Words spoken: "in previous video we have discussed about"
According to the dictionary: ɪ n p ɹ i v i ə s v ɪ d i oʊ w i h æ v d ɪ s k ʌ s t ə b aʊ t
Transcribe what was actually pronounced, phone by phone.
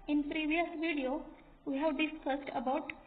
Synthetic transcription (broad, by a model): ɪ n p ɹ i v i ə s v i d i oʊ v i h æ v d ɪ s k ʌ s t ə b aʊ t